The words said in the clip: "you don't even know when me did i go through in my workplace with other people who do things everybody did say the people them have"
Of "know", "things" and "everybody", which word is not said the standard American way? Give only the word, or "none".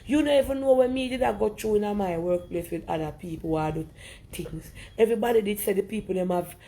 things